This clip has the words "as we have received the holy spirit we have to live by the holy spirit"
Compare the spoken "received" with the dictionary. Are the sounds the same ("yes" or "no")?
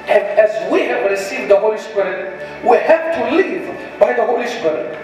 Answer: no